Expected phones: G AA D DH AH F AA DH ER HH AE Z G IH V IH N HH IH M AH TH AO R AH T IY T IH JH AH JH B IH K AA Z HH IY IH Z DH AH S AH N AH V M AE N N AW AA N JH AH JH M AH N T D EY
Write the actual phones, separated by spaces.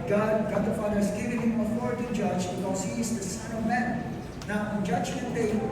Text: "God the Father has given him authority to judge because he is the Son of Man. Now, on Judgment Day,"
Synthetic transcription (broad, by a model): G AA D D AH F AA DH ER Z G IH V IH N HH IH M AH F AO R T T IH JH AH JH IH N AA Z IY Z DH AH S AH N AH V M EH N N AW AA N JH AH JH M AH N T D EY